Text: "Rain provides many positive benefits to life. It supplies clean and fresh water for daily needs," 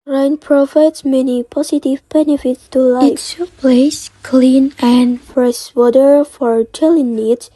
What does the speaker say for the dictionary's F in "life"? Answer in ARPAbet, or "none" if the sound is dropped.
none